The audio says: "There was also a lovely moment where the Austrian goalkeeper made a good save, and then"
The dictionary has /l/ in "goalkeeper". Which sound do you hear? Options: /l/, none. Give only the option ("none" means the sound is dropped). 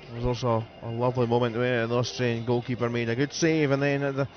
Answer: none